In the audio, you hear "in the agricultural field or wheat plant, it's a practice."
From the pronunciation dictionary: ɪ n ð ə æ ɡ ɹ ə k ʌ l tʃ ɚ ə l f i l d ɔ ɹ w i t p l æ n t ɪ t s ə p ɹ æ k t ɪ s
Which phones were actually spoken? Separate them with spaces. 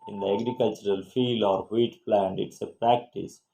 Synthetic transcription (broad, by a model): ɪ n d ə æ ɡ ɹ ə k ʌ l tʃ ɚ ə l f i l d ɔ ɹ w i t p l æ n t ɪ t s ə p ɹ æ k t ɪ s